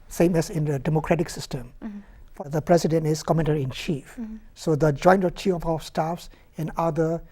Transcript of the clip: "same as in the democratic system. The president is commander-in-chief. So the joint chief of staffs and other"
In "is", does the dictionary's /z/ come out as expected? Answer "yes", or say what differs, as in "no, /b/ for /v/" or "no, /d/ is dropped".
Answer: no, /s/ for /z/